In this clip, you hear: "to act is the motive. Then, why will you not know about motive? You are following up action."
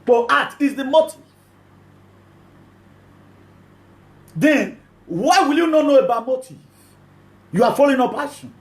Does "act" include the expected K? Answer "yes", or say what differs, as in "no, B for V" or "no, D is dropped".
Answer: no, K is dropped